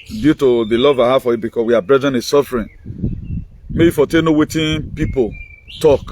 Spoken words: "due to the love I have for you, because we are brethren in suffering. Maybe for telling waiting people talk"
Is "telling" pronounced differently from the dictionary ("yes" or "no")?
yes